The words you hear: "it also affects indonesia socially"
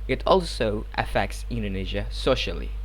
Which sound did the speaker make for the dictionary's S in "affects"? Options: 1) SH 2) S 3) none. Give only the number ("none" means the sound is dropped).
2